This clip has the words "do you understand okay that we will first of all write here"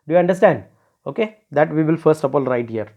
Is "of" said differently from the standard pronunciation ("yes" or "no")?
yes